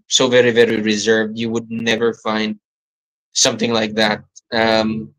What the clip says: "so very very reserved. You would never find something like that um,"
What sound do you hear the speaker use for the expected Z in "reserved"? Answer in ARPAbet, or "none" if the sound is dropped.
Z